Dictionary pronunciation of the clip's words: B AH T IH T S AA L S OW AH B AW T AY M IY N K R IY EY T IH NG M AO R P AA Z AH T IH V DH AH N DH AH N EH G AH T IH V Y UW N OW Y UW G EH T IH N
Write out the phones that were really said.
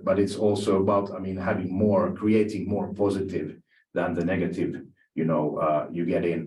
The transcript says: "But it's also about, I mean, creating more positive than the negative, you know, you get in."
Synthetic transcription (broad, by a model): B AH T IH T S AA L S OW AH B AW T AY M IY N K R IY EY T IH NG M AO R P AA Z AH T IH V DH AH N DH AH N EH G AH T IH V Y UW N OW Y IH G EH T IH N